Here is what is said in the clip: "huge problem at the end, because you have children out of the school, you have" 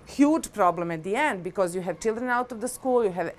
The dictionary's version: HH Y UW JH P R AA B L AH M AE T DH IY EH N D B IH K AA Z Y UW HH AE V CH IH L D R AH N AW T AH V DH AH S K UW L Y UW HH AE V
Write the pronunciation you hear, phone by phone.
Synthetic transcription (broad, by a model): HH Y UW JH P R AA B L AH M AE T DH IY EH N D B IH K AA Z Y UW HH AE V CH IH L D R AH N AW T AH V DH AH S K UW L Y UW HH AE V